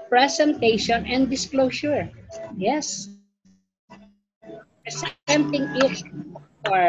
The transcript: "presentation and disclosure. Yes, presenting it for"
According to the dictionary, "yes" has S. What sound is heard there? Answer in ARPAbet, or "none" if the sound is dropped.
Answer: S